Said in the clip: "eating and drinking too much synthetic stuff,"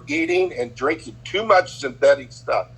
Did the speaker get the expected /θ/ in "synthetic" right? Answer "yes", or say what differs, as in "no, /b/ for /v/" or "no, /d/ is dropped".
yes